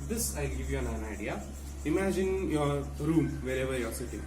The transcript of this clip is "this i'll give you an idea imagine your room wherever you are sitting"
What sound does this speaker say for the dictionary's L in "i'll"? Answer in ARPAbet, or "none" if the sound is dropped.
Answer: L